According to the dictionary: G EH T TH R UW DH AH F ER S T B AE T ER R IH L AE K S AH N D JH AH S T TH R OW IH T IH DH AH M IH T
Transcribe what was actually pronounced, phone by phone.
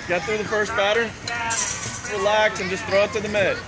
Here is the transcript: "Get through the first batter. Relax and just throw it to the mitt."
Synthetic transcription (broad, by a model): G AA T TH R UW DH AH F ER S T B AE T ER R IH L AE K S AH N JH AH S T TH R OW IH T IH DH AH M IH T